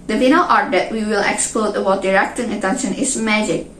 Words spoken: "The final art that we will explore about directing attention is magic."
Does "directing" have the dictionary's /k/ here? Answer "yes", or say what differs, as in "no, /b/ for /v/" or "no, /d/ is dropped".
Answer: yes